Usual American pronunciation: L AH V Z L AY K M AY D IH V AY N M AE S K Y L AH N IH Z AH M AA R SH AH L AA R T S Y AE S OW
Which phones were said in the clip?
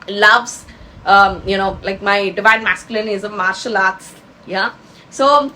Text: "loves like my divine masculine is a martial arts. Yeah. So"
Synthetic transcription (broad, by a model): L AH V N L AY K M AY D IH V AY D M AE S K Y L AH N IH Z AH M AA R SH AH L AA R T S Y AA S OW